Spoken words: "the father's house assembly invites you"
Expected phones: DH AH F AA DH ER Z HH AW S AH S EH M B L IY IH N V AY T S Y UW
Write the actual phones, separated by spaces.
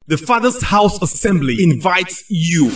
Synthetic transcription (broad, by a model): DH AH F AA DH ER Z HH AW S AH S EH M B L IY IH N V AY T S Y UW